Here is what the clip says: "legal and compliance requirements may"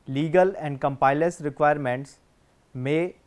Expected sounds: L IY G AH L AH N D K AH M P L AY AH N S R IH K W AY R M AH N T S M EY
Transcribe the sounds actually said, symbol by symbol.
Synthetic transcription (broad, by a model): L IY G AH L AH N D K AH M P AY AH S R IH K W AY R M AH N T S M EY